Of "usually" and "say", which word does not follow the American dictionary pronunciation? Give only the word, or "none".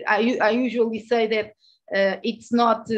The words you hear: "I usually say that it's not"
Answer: none